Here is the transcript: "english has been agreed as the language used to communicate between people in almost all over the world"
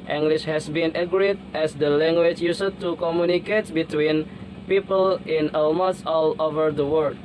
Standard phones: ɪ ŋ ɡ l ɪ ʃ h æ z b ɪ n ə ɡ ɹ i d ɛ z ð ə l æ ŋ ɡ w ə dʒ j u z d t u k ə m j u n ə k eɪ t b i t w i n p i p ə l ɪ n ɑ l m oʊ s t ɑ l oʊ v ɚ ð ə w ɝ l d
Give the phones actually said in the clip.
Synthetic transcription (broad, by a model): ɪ ŋ ɡ l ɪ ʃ h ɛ s b ɪ n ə ɡ ɹ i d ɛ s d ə l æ ŋ ɡ w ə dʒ j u s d t u k ə m j u n ə k eɪ t b i t w i n p i p ə l ɪ n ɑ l m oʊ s ɑ l oʊ v ɚ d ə w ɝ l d